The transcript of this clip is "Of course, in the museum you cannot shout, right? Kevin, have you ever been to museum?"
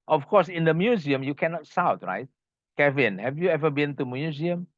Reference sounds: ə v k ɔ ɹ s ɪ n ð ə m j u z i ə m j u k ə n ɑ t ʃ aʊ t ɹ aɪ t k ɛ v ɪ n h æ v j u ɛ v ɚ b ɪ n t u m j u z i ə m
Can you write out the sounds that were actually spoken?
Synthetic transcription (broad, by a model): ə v k ɔ s ɪ n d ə m j u z i ə m j u k ə n ɑ t s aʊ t ɹ aɪ t k ɛ v ɪ n h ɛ v j u ɛ v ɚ b ɪ n t u m j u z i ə m